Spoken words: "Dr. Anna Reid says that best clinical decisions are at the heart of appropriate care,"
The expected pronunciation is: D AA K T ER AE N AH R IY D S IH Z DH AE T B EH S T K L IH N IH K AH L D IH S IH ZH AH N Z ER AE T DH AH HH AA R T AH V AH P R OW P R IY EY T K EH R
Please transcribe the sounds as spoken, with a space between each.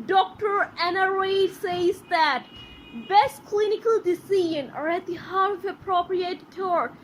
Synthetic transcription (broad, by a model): D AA K T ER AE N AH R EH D S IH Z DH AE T B EH S T K L IH N IH K AH L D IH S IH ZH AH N ER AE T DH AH HH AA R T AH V AH P R OW P R IY EY T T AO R